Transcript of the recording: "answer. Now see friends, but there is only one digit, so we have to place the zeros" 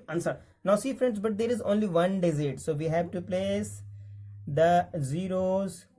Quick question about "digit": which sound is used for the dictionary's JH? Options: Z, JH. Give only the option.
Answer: Z